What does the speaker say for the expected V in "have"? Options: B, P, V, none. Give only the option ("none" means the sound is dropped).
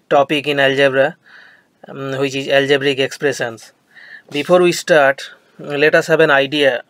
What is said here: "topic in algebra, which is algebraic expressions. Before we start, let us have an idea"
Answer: B